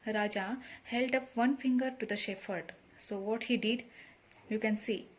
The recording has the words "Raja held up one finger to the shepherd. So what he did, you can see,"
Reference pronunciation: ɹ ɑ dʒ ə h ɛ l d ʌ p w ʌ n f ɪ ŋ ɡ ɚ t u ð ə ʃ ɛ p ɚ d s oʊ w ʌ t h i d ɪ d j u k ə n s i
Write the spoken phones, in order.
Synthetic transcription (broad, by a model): ɹ ɑ dʒ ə h ɛ l d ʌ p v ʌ n f ɪ ŋ ɡ ɚ t u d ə ʃ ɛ f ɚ d s oʊ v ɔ t h i d ɪ d j u k ə n s i